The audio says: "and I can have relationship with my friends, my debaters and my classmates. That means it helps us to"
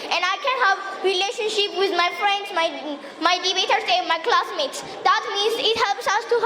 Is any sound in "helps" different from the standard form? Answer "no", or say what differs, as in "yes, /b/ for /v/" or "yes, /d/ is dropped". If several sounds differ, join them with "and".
no